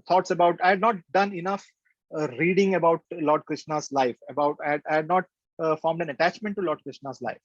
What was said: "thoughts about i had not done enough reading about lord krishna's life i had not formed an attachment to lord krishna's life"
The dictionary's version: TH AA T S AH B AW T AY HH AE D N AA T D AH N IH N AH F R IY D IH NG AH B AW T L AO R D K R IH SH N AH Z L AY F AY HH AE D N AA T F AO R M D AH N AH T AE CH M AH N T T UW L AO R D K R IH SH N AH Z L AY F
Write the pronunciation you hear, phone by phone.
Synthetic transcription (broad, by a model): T AA T S AH B AW T AY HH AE D N AA T D AH N IH N AH F R IY D IH NG AH B AW T L AO R D K R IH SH N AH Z L AY F AY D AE D N AA T F AO R M D AH N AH T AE CH M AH N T T UW L AO R D K R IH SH N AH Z L AY F